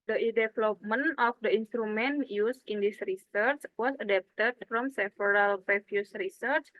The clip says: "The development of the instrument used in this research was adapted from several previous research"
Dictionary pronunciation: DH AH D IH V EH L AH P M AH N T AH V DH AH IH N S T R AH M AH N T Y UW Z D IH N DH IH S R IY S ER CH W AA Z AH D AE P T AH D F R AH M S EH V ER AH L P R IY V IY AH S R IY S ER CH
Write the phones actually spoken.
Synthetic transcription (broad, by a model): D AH D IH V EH L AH P M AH N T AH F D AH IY N S T R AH M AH N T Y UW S IH N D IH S R IY S ER CH W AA S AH D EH P T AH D F R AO M S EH F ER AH L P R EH F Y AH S R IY S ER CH